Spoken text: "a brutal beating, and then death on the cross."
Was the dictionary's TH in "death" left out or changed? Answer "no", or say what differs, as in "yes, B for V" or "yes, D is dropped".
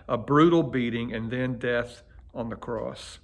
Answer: no